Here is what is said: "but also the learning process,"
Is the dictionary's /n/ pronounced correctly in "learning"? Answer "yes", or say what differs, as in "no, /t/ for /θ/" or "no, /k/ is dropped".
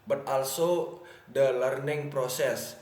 yes